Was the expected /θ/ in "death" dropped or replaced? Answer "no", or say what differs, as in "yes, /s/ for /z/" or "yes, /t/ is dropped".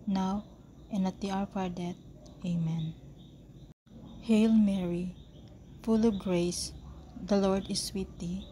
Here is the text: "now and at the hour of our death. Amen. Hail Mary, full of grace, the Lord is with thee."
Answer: yes, /t/ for /θ/